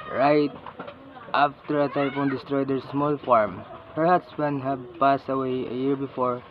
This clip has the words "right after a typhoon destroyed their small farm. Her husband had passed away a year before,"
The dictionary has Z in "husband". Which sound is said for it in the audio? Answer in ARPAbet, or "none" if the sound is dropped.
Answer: S